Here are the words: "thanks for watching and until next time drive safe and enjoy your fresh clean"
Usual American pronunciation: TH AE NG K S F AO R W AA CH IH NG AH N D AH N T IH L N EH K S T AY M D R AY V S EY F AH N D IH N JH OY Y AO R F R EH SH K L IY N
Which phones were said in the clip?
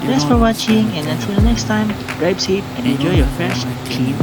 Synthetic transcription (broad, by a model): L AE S F AO R W AA CH IH NG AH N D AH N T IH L N EH K S T AY M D R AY P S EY P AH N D IH N JH OY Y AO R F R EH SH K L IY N